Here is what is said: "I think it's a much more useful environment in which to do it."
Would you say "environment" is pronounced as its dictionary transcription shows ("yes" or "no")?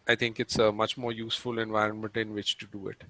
yes